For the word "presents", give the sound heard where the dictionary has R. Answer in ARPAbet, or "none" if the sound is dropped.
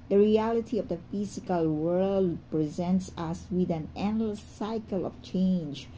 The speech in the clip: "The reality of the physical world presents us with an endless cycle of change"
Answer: R